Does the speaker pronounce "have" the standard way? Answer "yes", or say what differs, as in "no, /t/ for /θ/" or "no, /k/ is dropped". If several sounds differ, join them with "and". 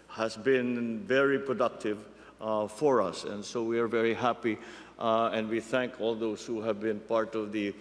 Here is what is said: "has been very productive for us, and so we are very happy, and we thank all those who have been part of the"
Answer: yes